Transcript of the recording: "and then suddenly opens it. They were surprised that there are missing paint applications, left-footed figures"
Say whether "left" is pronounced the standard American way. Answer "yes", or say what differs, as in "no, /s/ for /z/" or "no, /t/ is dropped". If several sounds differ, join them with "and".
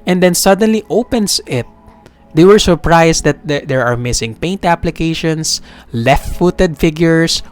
yes